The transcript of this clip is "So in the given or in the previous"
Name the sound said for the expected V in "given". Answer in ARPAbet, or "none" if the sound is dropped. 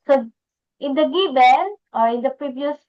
B